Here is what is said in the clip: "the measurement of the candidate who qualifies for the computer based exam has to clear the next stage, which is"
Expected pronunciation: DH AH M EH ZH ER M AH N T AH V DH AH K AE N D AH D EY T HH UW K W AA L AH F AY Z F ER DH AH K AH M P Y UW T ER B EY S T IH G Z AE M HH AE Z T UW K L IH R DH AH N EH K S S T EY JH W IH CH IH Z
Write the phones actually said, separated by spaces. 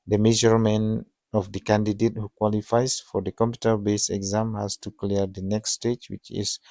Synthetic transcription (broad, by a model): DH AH M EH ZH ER M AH N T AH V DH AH K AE N D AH D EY T HH UW K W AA L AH F AY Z F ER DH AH K AH M P Y UW T ER B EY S IH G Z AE M HH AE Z T UW K L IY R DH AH N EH K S S T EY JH W IH CH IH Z